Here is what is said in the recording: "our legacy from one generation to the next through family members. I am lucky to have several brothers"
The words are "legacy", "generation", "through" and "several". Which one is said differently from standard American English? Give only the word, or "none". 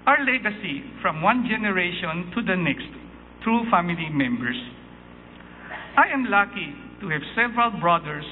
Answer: through